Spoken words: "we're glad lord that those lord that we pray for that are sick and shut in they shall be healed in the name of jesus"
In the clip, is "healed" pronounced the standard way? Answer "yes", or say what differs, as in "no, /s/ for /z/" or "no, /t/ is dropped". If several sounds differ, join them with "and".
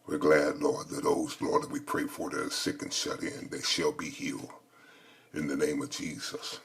no, /d/ is dropped